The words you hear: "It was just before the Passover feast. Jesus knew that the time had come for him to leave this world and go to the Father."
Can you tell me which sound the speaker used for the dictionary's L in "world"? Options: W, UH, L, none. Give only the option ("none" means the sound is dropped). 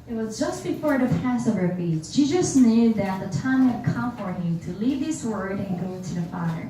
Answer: none